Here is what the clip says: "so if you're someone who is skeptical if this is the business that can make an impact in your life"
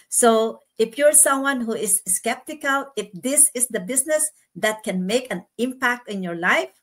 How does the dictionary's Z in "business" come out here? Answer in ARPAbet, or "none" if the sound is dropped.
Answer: S